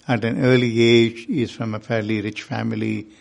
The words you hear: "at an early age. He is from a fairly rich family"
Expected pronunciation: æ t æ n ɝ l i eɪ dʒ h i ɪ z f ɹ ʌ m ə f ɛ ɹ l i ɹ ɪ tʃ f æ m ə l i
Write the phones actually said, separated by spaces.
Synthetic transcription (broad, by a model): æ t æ n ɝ l i eɪ dʒ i ɪ z f ɹ ʌ m ə f ɛ ɹ l i ɹ ɪ tʃ f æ m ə l i